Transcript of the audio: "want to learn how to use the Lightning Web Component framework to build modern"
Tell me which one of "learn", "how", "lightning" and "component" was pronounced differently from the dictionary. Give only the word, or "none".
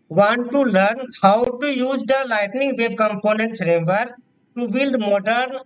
none